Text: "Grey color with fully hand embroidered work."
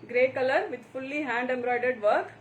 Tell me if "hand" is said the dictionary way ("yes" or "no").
yes